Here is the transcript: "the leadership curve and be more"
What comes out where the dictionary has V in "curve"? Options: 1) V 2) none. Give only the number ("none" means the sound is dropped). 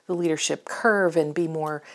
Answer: 1